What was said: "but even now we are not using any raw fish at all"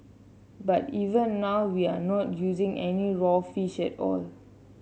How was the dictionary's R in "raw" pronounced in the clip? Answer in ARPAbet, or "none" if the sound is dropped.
R